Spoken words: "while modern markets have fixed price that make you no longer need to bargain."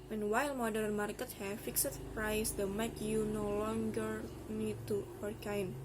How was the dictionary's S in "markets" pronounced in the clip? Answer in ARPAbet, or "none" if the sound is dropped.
none